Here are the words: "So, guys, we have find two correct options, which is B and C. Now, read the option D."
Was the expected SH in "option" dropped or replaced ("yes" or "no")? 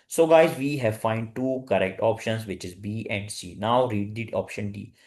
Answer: no